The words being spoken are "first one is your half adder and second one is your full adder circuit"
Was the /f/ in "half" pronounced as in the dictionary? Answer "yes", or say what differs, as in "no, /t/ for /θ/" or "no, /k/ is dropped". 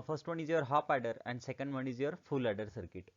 no, /p/ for /f/